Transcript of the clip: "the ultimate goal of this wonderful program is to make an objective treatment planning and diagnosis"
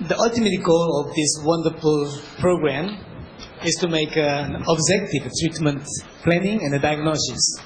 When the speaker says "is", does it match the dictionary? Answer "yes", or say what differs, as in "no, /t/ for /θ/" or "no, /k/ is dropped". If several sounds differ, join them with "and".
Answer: no, /s/ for /z/